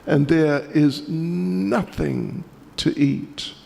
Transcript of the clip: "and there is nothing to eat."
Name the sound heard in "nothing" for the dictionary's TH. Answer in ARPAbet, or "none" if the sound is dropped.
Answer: TH